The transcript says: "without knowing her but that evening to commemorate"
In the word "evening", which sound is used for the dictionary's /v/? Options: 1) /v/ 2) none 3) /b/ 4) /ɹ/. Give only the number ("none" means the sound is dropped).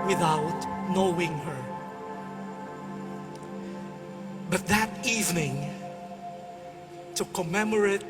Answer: 1